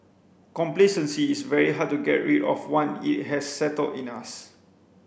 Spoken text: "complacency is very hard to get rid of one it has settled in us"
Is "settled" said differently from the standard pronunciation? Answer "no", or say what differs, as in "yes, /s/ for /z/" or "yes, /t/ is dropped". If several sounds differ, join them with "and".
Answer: no